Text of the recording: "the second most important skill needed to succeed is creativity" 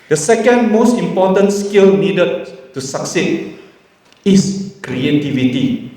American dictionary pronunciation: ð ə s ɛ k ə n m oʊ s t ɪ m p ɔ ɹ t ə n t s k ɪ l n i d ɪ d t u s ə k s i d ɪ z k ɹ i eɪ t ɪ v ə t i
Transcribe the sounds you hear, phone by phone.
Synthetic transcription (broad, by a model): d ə s ɛ k ə n m oʊ s t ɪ m p ɔ t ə n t s k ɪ l n i d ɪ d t u s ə k s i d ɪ s k ɹ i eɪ t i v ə t i